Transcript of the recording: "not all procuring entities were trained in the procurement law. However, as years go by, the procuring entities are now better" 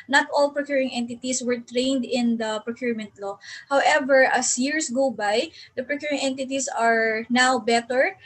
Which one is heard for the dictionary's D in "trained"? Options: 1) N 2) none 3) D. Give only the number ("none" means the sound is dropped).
3